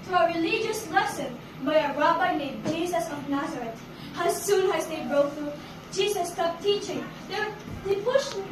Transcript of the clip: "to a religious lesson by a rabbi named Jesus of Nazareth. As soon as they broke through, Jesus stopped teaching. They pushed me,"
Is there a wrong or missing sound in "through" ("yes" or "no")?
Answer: yes